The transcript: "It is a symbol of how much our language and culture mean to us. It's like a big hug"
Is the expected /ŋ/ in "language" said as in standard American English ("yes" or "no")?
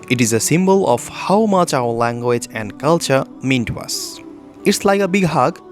yes